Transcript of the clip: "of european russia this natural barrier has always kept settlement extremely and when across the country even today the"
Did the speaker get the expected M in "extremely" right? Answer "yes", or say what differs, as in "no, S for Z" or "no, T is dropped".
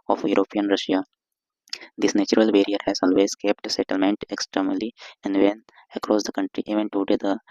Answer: no, M is dropped